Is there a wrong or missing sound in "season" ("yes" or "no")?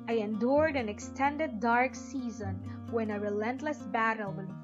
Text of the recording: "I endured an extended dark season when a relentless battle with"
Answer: no